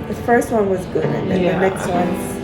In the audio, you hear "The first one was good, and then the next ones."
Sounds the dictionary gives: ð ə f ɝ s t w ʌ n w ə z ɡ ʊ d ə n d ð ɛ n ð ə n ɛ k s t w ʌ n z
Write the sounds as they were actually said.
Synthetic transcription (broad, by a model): ð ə f ɝ s t w ʌ n w ə z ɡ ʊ ə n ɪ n ð ə n ɛ k s t w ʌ n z